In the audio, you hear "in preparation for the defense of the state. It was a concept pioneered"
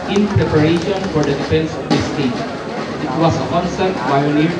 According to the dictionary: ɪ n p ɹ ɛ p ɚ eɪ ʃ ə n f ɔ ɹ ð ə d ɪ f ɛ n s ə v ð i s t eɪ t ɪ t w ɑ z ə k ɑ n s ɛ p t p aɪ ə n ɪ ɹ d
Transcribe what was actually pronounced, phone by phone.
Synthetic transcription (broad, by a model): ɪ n p ɹ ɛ p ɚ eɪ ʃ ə n f ɔ ɹ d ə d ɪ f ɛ n s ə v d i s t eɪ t ɪ t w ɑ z ə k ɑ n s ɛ t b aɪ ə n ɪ